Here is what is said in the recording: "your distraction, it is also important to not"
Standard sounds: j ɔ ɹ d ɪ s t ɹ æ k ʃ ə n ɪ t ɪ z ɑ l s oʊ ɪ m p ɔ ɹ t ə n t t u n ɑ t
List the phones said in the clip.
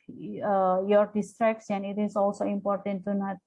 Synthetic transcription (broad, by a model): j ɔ ɹ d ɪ s t ɹ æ k s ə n ɪ t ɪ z ɑ l s oʊ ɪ m p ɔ ɹ t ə n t t u n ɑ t